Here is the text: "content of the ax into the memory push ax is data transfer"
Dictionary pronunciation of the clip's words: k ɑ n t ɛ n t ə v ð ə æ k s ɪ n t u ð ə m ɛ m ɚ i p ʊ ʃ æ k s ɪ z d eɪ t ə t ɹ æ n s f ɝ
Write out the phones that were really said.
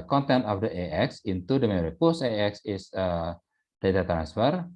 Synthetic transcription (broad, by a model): k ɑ n t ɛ n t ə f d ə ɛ k s ɪ n t u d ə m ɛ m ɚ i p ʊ s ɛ k s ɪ s d eɪ t ə t ɹ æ n s f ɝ